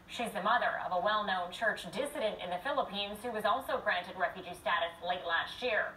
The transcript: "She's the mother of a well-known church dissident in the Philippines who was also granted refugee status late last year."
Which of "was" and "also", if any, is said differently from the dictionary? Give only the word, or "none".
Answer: none